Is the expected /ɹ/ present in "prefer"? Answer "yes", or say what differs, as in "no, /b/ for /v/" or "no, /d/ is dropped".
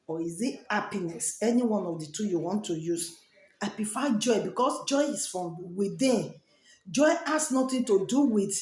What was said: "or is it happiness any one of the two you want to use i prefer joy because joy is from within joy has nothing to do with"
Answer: no, /l/ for /ɹ/